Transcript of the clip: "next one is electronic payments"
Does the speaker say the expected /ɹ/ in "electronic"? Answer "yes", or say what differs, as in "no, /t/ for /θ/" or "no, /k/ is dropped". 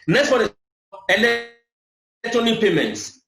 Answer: no, /ɹ/ is dropped